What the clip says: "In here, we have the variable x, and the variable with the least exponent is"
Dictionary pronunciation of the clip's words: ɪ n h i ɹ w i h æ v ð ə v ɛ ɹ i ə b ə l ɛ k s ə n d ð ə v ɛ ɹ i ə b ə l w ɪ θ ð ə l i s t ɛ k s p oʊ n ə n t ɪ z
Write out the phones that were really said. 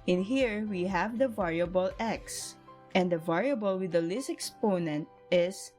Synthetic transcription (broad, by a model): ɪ n h i ɹ w i h æ v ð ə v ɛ ɹ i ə b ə l ɛ k s ə n d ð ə v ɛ ɹ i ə b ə l w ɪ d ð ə l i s ɛ k s p oʊ n ə n t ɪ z